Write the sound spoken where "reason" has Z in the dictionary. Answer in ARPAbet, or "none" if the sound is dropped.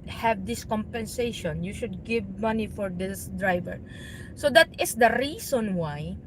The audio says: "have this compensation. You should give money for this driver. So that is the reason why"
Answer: S